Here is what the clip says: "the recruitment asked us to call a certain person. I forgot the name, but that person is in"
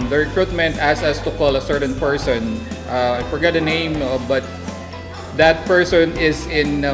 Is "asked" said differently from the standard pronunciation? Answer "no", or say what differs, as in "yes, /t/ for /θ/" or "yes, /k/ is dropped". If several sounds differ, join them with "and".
yes, /t/ is dropped